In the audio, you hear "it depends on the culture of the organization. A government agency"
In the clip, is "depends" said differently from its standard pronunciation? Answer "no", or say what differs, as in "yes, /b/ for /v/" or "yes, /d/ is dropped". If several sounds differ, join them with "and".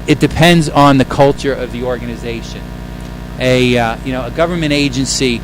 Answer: no